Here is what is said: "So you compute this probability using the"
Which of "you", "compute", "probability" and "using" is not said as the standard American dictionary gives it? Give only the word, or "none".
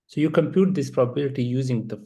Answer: none